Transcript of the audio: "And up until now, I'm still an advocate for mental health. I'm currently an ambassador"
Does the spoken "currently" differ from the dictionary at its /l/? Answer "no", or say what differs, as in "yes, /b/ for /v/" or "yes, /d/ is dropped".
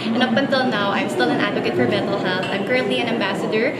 yes, /l/ is dropped